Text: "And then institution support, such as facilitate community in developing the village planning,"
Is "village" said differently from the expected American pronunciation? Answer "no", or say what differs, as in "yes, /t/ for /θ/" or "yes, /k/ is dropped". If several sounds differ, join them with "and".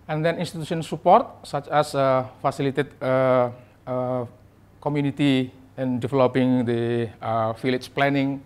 yes, /f/ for /v/